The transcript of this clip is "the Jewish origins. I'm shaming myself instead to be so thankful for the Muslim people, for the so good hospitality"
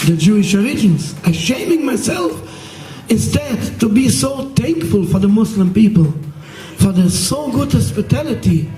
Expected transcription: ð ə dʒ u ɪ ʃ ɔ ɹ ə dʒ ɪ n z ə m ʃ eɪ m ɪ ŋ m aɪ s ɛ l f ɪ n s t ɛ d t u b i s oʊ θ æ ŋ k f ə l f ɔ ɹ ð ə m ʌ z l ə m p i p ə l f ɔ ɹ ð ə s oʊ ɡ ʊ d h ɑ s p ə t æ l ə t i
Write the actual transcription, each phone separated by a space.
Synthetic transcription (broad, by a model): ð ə dʒ u ɪ ʃ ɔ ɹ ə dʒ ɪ n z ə ʃ eɪ m ɪ ŋ m aɪ s ɛ l f ɪ n s t ɛ d t u b i s oʊ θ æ ŋ k f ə l f ɔ ɹ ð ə m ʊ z l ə m p i p ə l f ɔ ɹ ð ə s oʊ ɡ ʊ d h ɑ s p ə t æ l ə t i